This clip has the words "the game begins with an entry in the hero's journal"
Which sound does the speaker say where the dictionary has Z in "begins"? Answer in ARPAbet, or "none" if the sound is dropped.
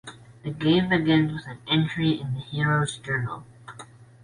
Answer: none